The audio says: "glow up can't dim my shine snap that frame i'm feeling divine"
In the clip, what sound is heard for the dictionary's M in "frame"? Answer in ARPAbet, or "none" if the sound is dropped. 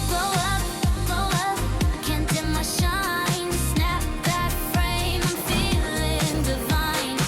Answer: none